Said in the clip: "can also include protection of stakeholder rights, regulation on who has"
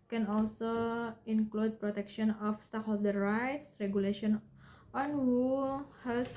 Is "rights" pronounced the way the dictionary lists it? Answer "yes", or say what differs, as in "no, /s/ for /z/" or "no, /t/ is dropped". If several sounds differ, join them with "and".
yes